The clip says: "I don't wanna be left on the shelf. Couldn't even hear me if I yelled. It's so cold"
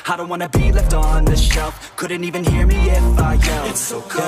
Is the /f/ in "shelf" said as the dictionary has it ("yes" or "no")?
yes